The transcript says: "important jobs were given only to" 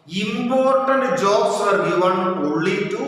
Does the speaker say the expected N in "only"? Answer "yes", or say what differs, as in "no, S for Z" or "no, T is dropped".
no, N is dropped